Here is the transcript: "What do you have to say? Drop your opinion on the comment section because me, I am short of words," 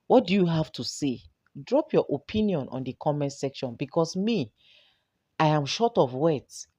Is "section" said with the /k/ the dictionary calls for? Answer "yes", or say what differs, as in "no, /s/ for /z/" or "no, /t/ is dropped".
yes